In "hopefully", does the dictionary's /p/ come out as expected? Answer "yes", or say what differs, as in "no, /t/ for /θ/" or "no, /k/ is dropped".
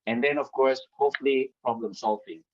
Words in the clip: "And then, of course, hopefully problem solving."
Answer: no, /p/ is dropped